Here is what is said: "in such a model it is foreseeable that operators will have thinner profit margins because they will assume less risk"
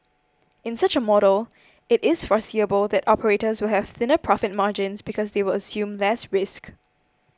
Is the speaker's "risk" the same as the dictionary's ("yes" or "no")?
yes